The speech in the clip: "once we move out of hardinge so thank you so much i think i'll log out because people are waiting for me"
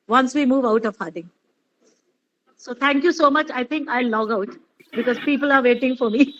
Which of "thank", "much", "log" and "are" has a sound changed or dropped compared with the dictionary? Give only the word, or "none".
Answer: thank